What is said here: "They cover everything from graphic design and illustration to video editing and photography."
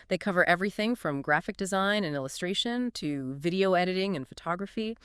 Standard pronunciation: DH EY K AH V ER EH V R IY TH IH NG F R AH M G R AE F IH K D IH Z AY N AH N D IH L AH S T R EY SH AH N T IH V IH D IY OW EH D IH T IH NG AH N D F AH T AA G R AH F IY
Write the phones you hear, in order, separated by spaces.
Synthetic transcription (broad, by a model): DH EY K AH V ER EH V R IY TH IH NG F R AH M G R AE F IH K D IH Z AY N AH N IH L AH S T R EY SH AH N T IH V IH D IY OW EH D IH T IH NG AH N F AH T AA G R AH F IY